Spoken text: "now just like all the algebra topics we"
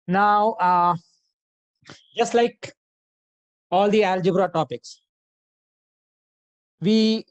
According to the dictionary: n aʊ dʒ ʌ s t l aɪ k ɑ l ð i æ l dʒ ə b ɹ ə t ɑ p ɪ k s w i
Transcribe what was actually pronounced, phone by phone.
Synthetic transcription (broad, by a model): n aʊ dʒ ʌ s t l aɪ k ɑ l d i æ l dʒ ə b ɹ ə t ɑ p ɪ k s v i